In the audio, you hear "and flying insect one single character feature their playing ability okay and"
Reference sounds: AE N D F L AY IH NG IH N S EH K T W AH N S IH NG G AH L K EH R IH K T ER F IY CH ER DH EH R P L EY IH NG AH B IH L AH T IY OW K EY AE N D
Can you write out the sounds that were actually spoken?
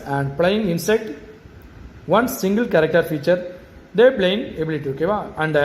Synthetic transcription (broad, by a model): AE N D P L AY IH NG IH N S EH K T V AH N S IH NG G AH L K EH R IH K T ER F IY CH ER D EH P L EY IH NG AH B IH L AH T IY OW K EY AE N D